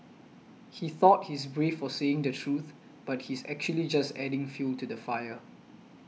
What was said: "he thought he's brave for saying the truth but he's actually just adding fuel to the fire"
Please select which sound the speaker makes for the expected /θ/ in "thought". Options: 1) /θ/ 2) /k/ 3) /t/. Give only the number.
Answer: 1